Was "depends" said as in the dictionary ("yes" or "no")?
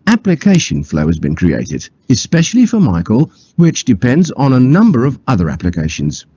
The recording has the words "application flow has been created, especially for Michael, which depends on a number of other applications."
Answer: yes